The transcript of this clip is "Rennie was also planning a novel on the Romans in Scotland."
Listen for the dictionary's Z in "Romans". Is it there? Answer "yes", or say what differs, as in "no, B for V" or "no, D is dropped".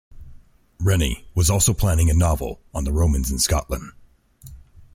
yes